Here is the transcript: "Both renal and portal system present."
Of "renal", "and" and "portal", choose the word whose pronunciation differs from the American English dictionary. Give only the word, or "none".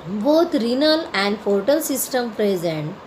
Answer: portal